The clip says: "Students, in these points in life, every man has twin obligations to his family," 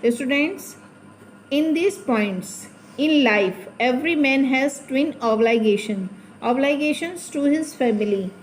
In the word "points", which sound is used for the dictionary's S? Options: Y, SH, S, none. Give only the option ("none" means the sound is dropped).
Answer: S